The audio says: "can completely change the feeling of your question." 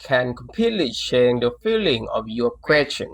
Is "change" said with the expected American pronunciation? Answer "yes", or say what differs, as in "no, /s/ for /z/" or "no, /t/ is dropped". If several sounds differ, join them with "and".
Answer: no, /ʃ/ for /tʃ/